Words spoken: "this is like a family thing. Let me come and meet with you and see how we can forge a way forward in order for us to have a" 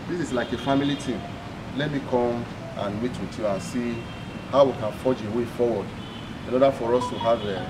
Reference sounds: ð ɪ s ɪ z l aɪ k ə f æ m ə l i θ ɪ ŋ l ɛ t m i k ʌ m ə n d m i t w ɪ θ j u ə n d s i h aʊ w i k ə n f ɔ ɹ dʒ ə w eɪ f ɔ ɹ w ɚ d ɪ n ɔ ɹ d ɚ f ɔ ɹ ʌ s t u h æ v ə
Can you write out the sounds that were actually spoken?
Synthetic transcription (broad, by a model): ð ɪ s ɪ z l aɪ k ə f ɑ m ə l i t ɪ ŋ l ɛ t m i k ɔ m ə n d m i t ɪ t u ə n s i h aʊ w i k ə n f ɔ dʒ ə w eɪ f ɔ w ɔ d ɪ n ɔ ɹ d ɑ f ɔ ɹ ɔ s t u h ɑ v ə